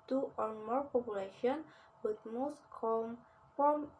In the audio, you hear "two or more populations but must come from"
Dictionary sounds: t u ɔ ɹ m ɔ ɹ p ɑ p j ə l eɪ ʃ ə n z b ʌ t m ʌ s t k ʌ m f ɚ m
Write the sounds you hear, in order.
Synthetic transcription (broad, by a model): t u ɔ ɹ m ɔ ɹ p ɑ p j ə l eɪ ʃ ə n b ʌ t m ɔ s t k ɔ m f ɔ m